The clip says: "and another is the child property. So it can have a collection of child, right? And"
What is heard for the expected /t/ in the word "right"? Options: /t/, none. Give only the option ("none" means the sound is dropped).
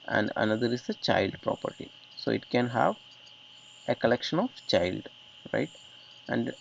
/t/